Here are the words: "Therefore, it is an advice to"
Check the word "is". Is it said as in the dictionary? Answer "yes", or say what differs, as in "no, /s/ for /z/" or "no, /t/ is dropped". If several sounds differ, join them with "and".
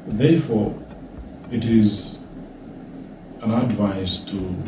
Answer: yes